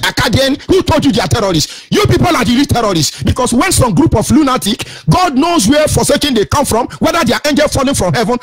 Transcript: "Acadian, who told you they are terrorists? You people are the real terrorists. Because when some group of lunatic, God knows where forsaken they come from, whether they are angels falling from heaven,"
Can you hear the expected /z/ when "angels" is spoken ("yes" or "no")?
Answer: no